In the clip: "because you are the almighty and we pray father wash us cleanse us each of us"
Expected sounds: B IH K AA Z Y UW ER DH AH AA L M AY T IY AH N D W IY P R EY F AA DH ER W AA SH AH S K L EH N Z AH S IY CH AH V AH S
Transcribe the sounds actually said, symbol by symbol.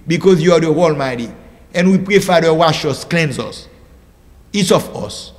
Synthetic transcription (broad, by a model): B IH K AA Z Y UW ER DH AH AA L M AY T IY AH N W IY P R EY F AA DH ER W AA SH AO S K L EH N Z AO S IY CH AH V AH S